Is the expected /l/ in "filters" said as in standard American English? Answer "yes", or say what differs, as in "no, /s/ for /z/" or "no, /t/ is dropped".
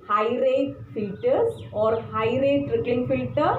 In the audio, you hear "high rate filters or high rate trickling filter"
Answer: no, /l/ is dropped